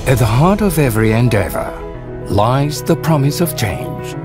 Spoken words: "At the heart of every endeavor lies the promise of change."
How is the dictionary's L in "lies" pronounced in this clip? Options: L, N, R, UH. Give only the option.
L